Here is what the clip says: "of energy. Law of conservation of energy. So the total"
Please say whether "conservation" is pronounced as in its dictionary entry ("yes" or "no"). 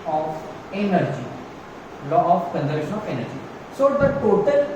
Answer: no